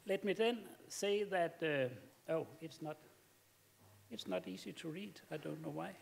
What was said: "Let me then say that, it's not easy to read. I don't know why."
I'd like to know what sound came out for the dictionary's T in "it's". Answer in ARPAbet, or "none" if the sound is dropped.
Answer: T